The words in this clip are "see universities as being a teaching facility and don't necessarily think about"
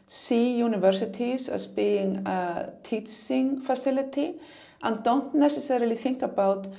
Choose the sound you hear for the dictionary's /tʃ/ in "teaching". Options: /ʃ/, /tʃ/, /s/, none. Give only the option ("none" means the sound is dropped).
/s/